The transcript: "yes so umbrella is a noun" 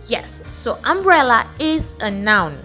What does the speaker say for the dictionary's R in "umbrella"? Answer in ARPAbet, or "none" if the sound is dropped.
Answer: R